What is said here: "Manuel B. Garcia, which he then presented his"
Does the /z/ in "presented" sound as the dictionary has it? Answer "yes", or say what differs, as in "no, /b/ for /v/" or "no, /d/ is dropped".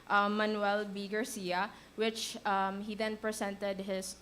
no, /s/ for /z/